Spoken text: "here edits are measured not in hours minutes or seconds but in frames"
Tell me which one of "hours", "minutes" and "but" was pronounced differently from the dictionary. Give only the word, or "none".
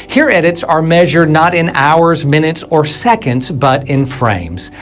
none